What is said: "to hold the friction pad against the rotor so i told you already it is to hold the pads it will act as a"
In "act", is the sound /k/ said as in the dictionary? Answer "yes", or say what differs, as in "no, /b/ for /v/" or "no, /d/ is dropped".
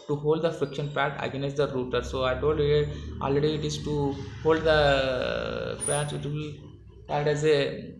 no, /k/ is dropped